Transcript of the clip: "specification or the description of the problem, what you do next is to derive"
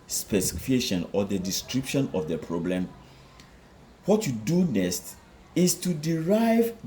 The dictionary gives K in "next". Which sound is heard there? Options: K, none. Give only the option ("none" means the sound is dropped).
none